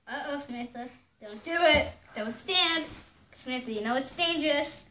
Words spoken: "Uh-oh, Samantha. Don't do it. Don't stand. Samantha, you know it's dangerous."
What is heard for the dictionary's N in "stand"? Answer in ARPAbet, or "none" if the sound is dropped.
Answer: N